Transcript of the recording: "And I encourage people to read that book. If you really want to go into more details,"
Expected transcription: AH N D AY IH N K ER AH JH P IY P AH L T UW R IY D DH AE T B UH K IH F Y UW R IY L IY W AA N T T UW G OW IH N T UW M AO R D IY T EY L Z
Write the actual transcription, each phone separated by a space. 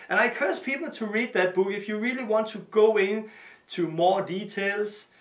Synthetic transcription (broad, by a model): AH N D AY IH K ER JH P IY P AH L T UW R IY D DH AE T B UH K IH F Y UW R IY L IY W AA N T T UW G OW IH N T UW M AO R D IY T EY L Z